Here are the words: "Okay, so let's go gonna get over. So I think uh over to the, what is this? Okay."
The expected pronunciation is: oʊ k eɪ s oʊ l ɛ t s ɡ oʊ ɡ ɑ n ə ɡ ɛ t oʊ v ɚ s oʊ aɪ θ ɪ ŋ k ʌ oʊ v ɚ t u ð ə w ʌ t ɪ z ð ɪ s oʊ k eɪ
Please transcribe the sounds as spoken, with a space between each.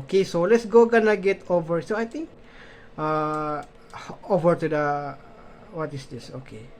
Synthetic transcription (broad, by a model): k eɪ s oʊ l ɛ t s ɡ oʊ ɡ ɑ n ə ɡ ɛ t oʊ v ɚ s oʊ aɪ t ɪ ŋ k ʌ oʊ v ɚ t u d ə w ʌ t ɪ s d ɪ s oʊ k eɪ